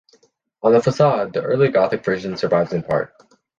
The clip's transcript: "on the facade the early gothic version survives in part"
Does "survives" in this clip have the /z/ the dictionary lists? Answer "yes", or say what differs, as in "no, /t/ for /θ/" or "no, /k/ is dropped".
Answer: yes